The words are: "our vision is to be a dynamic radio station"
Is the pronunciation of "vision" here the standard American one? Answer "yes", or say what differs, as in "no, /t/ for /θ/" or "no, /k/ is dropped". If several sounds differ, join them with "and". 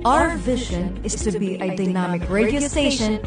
yes